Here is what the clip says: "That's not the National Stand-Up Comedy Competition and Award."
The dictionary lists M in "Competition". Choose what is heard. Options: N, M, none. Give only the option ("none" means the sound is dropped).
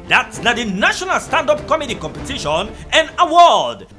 M